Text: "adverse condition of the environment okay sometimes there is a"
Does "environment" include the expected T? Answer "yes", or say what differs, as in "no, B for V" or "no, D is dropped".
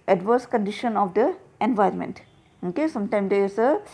yes